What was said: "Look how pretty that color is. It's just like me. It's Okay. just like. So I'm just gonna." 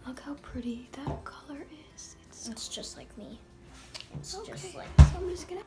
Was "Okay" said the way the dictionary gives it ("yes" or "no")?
no